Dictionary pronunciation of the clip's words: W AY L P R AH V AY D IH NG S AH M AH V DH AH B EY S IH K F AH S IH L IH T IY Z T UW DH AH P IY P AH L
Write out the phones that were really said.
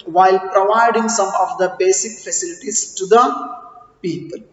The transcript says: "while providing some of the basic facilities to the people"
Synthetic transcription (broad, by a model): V AY L P R AH V AY D IH NG S AH M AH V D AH B EY S IH K F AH S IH L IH T IY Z T UW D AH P IY P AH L